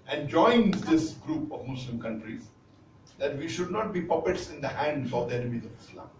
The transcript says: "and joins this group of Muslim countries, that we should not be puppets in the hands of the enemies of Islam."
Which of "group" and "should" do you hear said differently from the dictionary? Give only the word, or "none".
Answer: none